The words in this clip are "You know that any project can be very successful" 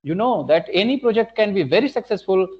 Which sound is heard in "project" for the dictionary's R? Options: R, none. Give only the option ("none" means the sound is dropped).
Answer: R